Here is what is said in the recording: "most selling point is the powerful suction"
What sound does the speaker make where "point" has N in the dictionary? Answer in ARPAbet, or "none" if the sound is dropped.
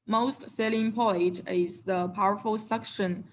none